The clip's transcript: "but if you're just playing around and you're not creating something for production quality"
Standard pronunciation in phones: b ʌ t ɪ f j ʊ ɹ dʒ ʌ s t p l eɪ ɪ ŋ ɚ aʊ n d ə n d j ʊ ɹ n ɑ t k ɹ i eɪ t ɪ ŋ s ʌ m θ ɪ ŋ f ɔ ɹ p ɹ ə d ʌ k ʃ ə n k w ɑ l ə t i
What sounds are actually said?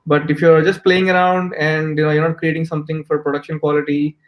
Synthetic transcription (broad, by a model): b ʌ t ɪ f j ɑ ɹ dʒ ʌ s t p l eɪ ɪ ŋ ɚ aʊ n d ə n d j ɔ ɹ n ɑ t k ɹ i eɪ t ɪ ŋ s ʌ m t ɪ ŋ f ɔ ɹ p ɹ ə d ʌ k ʃ ə n k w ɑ l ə t i